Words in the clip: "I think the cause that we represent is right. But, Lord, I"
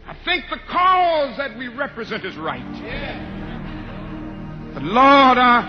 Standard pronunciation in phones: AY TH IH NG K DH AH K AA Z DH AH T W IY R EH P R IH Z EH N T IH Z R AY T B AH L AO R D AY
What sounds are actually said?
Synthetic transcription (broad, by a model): AY TH IH NG K DH AH K AA Z DH AH T W IY R EH P R IH Z EH N T IH Z R AY T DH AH L AO R D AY